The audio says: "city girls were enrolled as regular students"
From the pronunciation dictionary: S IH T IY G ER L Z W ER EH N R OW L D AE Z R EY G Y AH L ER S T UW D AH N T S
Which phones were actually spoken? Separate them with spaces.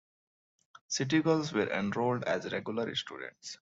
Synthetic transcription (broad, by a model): S IH T IY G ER L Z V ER EH N R OW L D AE Z R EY G Y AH L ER S T UW D AH N T S